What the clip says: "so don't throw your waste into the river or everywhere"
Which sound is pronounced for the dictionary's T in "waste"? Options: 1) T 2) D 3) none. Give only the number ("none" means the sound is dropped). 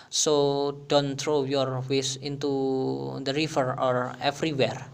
3